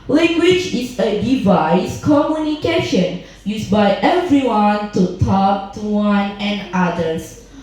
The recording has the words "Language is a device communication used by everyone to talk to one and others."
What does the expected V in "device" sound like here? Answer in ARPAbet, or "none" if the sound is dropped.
V